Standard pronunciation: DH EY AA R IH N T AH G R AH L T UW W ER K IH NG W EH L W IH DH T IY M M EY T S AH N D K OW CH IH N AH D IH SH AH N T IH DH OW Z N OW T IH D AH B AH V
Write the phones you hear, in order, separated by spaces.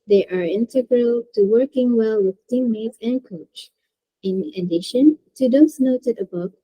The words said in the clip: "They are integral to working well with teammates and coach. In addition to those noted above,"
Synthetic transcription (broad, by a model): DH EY AA R IH N T AH G R AH L T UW W ER K IH NG W EH L W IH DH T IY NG M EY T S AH N K OW CH IH N AH D IH SH AH N T IH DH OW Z N OW T IH D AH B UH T